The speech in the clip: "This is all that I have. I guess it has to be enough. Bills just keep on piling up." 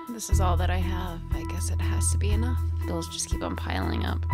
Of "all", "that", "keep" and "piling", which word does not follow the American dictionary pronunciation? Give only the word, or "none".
none